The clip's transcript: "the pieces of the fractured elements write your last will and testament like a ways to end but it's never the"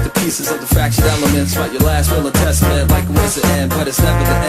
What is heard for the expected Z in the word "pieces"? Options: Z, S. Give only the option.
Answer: Z